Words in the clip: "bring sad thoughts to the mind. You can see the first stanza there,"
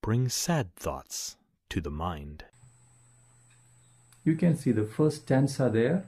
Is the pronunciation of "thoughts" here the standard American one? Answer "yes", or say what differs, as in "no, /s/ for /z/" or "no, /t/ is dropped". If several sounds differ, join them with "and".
yes